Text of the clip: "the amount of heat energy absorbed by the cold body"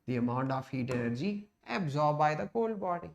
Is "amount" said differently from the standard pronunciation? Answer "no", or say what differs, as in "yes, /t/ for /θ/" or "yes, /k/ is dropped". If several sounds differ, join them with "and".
no